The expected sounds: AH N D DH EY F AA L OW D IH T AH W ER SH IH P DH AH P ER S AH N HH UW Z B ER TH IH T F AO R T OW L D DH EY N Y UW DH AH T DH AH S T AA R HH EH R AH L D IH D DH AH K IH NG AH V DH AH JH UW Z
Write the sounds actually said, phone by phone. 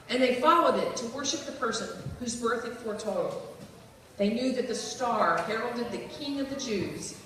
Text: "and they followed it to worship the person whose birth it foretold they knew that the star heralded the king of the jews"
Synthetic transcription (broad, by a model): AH N DH EY F AA L OW D IH T AH W ER SH IH P DH AH P ER S AH N HH UW Z B ER TH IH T F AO R T OW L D DH EY N Y UW DH AH T DH AH S T AA R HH EH R L D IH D DH AH K IH NG AH V DH AH JH UW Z